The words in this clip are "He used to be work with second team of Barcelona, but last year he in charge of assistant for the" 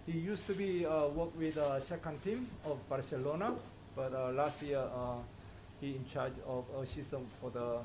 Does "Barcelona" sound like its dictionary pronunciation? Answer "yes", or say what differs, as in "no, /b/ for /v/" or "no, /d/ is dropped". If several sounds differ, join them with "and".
yes